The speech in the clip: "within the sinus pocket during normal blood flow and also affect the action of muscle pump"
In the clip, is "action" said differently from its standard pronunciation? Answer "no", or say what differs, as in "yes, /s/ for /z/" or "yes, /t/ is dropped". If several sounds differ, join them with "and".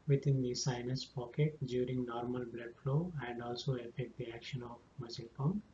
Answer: no